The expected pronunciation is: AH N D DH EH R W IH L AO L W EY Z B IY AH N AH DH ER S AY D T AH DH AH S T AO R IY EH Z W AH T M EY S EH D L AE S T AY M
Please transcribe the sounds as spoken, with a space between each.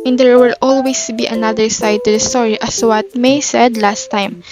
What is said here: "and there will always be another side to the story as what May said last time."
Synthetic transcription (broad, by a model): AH N D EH R W IH L AO L W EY S B IY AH N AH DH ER S AY D T AH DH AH S T AO R IY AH S W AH T M EY S EH D L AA S T AY M